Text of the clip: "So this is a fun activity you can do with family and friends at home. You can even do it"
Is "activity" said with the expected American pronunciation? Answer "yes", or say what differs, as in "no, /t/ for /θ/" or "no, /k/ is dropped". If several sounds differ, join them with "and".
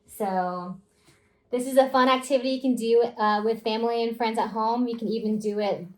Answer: yes